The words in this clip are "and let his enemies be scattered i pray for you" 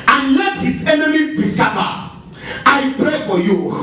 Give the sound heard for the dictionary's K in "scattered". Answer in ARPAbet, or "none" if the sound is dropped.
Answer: none